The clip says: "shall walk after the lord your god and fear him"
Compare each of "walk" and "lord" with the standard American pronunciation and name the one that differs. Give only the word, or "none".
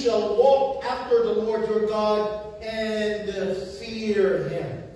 none